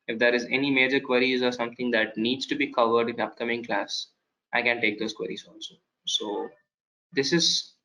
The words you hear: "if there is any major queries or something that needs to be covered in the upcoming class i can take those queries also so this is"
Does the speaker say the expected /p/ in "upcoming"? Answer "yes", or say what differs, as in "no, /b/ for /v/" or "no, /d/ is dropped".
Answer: yes